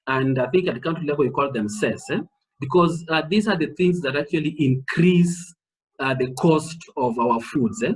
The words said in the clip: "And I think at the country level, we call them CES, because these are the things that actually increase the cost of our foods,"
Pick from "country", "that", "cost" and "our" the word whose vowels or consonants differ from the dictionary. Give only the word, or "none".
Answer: country